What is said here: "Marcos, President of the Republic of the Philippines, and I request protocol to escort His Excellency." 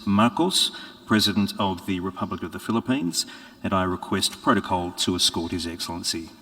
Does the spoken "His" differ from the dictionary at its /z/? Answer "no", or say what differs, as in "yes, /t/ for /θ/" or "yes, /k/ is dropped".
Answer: no